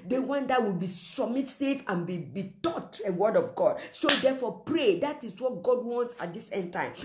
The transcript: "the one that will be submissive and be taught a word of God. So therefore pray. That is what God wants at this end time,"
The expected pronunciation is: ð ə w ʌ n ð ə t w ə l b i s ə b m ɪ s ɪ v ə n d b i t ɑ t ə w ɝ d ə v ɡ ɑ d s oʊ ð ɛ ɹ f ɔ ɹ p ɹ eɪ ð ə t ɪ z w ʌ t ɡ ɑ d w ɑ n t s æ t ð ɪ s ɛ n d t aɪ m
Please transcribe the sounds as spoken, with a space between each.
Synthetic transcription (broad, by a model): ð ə w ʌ n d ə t w ə l b i s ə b m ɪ s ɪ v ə n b b i t ɑ t ə w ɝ d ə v ɡ ɑ d s oʊ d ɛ f ɔ p ɹ eɪ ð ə t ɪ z w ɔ t ɡ ɑ d w ɑ n t s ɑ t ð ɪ s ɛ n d t aɪ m